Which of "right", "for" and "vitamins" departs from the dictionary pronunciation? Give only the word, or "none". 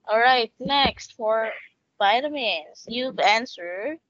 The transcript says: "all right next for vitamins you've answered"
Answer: vitamins